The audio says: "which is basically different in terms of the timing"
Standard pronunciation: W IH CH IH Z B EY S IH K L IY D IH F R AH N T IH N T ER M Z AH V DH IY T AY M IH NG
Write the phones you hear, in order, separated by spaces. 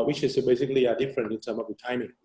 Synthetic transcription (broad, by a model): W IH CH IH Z B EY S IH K L IY D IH F R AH N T IH N T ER M AH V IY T AY M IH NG